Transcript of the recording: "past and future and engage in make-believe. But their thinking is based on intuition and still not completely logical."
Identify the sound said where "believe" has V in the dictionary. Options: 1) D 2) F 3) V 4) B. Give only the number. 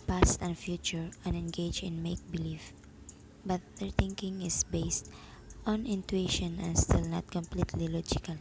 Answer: 2